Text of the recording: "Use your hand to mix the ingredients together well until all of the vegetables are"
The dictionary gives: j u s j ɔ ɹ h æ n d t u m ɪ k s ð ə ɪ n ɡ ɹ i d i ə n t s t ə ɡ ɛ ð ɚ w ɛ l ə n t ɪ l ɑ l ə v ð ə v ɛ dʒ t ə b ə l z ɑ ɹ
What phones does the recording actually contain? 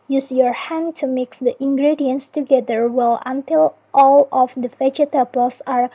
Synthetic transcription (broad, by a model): j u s j ɔ ɹ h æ n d t u m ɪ k s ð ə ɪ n ɡ ɹ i d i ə n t s t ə ɡ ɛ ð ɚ w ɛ l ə n t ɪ l ɑ l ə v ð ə f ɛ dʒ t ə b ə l s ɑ ɹ